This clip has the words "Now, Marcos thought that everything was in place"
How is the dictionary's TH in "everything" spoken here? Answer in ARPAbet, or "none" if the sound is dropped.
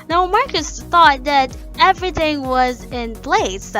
TH